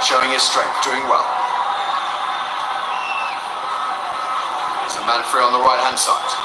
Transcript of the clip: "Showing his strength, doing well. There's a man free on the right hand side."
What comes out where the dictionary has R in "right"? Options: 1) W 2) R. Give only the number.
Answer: 1